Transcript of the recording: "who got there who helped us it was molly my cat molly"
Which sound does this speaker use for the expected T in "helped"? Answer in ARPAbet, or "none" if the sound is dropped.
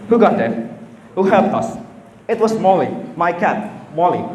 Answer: none